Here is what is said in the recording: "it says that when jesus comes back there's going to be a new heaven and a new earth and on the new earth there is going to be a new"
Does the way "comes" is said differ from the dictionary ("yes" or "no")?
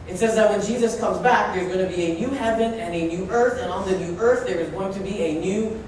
no